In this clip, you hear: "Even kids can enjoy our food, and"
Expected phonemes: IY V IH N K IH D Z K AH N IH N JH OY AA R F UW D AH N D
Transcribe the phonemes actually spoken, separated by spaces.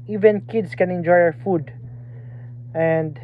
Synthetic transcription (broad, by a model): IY V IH N K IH D S K AH N IH N JH OY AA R F UW D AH N D